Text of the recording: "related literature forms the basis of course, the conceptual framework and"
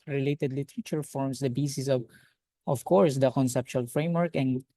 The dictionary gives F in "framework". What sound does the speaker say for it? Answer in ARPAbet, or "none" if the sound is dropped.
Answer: F